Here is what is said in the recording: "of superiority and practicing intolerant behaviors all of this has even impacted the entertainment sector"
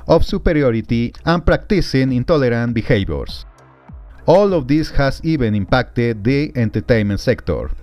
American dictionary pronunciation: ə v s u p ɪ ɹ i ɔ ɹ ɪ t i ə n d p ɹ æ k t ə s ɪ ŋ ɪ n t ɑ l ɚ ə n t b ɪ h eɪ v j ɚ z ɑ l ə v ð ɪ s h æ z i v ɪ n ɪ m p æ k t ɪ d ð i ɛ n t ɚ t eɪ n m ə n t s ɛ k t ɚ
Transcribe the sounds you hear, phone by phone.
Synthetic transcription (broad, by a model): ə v s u p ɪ ɹ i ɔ ɹ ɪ t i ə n p ɹ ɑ k t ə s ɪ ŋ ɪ n t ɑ l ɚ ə n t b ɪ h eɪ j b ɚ s ɑ l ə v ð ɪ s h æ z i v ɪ n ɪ m p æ k t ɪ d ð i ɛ n t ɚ t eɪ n m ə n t s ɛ k t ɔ